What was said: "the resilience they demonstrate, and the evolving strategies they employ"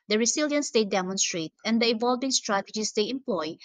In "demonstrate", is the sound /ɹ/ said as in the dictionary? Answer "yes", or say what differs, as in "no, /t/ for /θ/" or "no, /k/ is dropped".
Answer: yes